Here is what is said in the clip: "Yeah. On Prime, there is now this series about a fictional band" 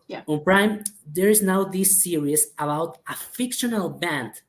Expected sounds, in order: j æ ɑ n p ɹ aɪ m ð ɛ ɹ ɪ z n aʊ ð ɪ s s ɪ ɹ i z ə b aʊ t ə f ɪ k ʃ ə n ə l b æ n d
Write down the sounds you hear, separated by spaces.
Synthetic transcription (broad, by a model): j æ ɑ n p ɹ aɪ m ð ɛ ɹ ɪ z n aʊ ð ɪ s s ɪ ɹ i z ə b aʊ t ə f ɪ k ʃ ə n ə l b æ n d